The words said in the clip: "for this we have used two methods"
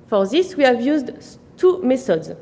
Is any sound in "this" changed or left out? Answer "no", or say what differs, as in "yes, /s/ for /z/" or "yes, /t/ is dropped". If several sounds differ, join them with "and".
no